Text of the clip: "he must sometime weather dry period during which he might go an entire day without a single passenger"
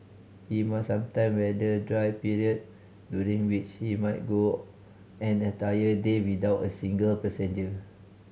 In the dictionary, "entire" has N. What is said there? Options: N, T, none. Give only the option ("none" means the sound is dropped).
none